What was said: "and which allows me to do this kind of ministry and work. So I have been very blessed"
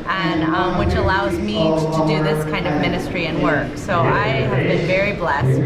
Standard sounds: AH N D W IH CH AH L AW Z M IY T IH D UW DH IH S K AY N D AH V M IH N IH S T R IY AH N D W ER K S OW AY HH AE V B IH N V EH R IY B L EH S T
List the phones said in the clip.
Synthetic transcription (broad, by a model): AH N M W IH CH AH L AW Z M IY T IH D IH DH IH S K AY N D AH V M IH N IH S T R IY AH N W ER K S OW AY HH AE V B IH N V EH R IY B L EH S T